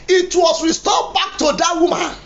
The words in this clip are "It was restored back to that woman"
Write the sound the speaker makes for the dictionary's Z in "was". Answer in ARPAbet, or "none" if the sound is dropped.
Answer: S